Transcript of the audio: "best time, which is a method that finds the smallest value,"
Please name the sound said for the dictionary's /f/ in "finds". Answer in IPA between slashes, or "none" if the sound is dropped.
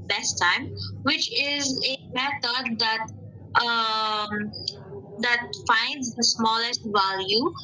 /f/